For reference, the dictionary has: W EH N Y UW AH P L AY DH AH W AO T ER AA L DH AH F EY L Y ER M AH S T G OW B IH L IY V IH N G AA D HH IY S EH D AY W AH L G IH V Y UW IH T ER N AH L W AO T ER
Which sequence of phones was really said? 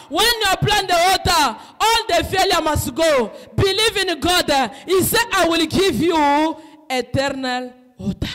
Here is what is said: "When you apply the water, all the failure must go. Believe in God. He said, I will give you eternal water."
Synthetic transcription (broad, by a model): W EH N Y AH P L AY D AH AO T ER AA L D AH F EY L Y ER M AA S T G OW B IH L IY V IH N G AA D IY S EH AY W AH L G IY V Y UW IH T ER N AH L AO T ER